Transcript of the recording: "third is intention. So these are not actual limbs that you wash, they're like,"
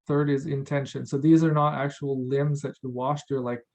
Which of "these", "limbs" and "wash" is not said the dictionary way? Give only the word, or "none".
none